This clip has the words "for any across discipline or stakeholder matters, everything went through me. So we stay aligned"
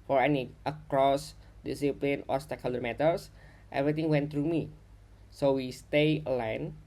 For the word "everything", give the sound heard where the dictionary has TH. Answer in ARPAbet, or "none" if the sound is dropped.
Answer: T